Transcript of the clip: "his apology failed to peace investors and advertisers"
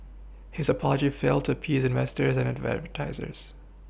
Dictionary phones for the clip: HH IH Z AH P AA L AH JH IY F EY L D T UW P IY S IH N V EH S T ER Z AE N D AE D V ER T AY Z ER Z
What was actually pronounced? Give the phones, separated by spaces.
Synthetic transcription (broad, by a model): HH IH Z AH P AA L AH JH IY F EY L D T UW P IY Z IH N V EH S T ER Z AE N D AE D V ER T AY Z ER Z